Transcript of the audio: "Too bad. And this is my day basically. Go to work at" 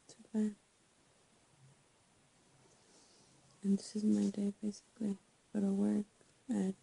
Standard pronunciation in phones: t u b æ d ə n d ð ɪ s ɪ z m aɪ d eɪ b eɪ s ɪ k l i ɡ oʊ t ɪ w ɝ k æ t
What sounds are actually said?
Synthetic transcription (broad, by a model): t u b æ ə n ð ɪ s ɪ z m aɪ d eɪ b eɪ s ɪ k l i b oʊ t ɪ w ɝ k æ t